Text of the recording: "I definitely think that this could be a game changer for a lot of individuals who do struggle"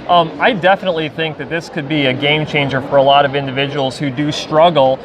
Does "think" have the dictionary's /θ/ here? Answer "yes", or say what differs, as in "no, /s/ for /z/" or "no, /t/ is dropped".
yes